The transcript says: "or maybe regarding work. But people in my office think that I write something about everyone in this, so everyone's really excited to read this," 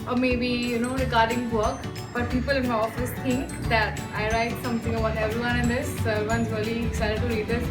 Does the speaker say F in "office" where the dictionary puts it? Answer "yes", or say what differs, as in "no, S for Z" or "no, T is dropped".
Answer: yes